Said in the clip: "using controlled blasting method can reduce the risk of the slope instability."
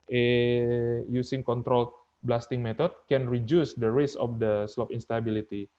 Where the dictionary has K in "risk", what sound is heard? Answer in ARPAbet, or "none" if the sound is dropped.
none